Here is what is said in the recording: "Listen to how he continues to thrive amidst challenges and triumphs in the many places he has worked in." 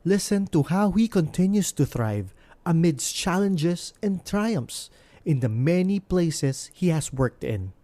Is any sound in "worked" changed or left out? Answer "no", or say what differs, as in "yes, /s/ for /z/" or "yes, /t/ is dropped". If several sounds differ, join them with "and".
no